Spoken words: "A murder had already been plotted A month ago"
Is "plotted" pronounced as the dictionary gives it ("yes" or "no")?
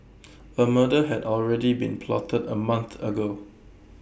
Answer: yes